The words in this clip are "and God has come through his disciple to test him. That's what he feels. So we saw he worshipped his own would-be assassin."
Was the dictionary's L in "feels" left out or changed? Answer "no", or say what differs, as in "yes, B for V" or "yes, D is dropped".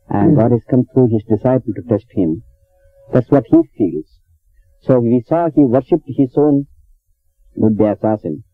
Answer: no